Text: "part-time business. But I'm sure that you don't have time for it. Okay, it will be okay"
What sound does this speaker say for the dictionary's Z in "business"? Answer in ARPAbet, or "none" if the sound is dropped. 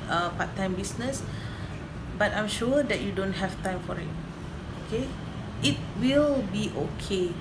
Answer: S